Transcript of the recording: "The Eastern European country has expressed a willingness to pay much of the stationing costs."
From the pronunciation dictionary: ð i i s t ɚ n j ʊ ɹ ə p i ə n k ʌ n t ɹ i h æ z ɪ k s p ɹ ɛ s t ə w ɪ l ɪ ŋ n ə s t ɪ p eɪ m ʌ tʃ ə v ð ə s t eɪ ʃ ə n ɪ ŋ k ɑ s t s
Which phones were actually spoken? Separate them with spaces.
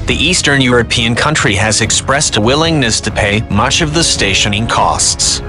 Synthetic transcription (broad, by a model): ð i i s t ɚ n j ʊ ɹ ə p i ə n k ʌ n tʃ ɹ i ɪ z ɪ k s p ɹ ɛ s t ə w ɪ l ɪ ŋ n ə s t ɪ p eɪ m ʌ tʃ ə v ð ə s t eɪ ʃ ə n ɪ ŋ k ɑ s t s